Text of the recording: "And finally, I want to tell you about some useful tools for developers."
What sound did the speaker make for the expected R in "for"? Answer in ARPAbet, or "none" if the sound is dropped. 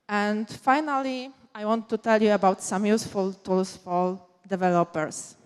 L